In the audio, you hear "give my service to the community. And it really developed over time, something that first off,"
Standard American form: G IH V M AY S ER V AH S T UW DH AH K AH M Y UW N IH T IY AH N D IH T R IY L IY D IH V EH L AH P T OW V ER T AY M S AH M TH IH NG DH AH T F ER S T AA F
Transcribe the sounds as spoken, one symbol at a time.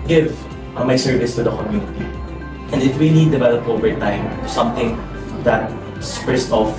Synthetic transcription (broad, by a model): G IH V M AY S ER V AH S T UW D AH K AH M Y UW N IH T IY AH N D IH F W IY N IY D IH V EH L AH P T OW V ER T AY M S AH M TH IH NG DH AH T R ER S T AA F